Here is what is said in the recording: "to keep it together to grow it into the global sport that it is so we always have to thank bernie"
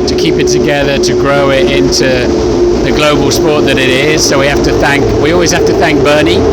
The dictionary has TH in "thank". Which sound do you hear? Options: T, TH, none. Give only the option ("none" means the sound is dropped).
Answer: TH